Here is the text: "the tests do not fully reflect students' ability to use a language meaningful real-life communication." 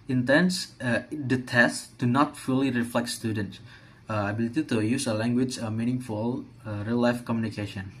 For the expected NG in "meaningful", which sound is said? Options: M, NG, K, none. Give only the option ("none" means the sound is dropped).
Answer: NG